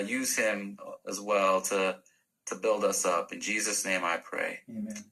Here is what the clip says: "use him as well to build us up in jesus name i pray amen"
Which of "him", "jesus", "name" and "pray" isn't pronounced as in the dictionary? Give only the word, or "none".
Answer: none